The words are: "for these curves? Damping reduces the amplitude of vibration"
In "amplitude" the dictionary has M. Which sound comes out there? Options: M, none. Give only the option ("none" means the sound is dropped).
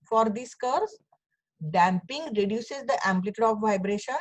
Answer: M